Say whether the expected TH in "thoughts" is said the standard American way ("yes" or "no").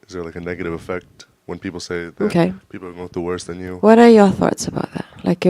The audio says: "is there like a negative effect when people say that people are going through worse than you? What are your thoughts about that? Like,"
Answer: yes